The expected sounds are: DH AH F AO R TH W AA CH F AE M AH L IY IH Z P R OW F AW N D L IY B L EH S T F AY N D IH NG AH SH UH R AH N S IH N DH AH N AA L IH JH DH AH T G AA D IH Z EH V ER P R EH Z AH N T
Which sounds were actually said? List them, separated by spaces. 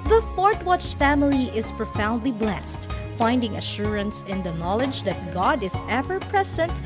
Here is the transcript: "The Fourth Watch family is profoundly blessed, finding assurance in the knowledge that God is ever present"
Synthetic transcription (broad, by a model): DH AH F AO R T W AA CH F AE M AH L IY IH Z P R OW F AW N D L IY B L EH S T F AY N D IH NG AH SH UH R AH N S IH N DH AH N AA L IH JH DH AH T G AA D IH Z EH V ER P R EH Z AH N T